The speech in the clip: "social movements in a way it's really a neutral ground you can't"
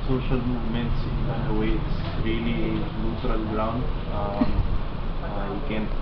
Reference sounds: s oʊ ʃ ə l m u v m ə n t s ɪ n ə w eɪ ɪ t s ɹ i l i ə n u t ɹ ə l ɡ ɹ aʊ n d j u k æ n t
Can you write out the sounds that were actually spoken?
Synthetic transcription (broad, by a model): s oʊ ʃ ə l m u v m ə n t s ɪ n ə w eɪ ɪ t s ɹ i n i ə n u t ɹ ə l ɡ ɹ aʊ n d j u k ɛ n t